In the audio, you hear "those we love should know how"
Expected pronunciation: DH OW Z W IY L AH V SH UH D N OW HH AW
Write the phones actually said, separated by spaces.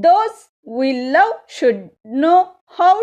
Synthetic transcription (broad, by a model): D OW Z W IY L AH W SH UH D N OW HH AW